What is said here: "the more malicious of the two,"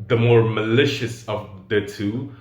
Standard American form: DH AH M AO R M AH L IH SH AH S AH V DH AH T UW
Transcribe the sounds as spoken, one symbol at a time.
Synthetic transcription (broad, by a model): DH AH M AO R M AH L IH SH AH S AH V DH AH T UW